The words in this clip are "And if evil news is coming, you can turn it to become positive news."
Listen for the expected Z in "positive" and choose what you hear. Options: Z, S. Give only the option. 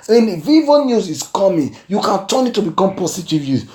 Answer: S